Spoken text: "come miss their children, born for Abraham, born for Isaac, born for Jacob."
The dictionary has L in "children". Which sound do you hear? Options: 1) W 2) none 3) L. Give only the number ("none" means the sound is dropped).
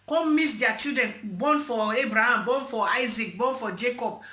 2